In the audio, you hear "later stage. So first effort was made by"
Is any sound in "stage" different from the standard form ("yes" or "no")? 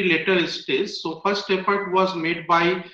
yes